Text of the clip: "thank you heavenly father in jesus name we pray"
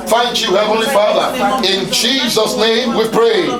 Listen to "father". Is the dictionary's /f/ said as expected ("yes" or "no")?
yes